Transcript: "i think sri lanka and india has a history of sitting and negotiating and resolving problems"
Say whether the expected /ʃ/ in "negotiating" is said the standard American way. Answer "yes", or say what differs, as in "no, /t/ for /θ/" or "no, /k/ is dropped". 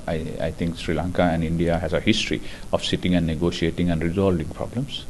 no, /s/ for /ʃ/